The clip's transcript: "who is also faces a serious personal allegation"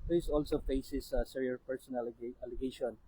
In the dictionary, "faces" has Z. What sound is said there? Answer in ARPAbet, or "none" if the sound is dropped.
S